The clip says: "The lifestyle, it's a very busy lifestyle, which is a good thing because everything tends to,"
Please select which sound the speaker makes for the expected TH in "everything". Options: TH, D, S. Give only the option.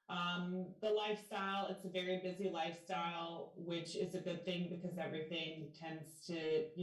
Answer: TH